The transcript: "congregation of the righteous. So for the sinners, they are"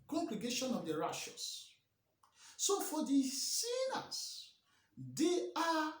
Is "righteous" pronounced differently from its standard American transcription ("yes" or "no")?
yes